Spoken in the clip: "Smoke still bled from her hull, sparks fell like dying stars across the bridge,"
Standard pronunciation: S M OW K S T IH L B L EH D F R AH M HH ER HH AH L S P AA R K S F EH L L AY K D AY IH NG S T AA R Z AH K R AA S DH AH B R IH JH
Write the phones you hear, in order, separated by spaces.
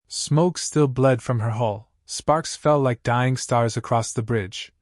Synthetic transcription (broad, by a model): S M OW K S T IH L B L EH D F R AH M ER HH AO L S P AA R K S F EH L L AY K D AY IH NG S T AA R Z AH K R AA S DH AH B R IH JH